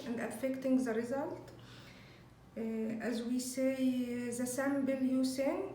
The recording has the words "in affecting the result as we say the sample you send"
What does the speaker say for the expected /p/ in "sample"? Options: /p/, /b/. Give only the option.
/b/